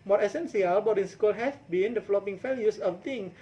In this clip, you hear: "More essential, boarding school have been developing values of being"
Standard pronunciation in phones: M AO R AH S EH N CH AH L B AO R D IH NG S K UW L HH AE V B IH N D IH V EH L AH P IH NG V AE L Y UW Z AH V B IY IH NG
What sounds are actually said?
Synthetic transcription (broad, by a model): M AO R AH S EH N S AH L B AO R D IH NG S K UW L HH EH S B IH N D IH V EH L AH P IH NG F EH L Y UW S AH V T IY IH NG